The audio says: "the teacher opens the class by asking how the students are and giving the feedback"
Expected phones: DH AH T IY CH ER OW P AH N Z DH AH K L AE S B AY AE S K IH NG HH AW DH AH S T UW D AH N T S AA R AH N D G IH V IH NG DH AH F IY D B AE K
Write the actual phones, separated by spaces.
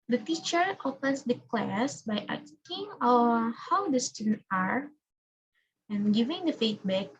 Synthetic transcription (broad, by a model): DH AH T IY CH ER OW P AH N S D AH K L AE S B AY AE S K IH NG HH AW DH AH S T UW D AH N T AA R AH N G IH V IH NG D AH F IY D B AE K